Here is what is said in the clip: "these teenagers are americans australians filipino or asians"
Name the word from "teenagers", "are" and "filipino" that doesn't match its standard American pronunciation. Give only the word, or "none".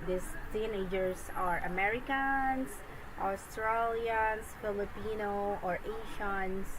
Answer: teenagers